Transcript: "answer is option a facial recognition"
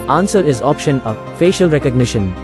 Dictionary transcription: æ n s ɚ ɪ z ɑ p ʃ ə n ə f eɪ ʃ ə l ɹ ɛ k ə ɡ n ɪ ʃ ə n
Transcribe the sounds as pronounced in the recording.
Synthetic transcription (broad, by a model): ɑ n s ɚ ɪ z ɑ p ʃ ə n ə f eɪ ʃ ə l ɹ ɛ k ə ɡ n ɪ ʃ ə n